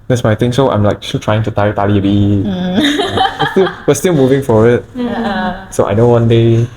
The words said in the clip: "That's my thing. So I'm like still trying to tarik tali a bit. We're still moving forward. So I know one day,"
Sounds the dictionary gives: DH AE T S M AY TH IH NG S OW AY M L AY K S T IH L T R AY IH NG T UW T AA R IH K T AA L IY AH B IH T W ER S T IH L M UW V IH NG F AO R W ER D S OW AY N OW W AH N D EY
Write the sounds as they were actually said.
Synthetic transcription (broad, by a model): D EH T S M AY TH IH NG S OW AY M L AY K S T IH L T R AY IH NG T UW T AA IH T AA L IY AH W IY T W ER S T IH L M UW V IH NG F AO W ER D S OW AY N OW W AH N D EY